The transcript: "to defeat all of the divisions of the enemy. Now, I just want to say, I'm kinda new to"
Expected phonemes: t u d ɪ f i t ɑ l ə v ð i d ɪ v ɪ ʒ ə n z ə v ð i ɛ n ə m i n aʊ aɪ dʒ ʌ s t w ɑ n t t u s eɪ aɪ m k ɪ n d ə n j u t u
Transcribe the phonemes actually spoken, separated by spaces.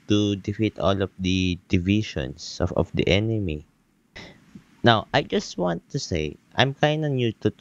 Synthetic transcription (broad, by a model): t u d ɪ f i t ɑ l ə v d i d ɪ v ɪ ʃ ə n s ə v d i ɛ n ə m i n aʊ aɪ dʒ ʌ s t w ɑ n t t u s eɪ aɪ m k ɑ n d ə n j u t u